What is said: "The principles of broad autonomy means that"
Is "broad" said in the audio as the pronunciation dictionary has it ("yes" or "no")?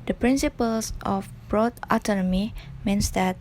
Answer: yes